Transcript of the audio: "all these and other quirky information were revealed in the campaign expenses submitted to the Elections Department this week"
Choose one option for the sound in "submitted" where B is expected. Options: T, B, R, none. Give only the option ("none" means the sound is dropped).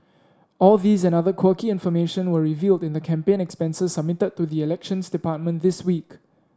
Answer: B